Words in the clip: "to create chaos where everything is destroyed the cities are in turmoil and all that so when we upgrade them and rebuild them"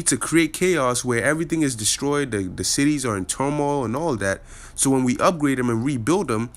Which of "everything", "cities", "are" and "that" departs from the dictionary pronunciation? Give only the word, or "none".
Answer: none